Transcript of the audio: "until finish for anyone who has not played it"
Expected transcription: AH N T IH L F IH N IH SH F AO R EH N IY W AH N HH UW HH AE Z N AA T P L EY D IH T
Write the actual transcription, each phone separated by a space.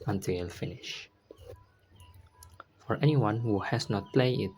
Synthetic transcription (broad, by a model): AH N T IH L F IH N IH SH F AO R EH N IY W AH N HH UW HH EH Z N AA T P L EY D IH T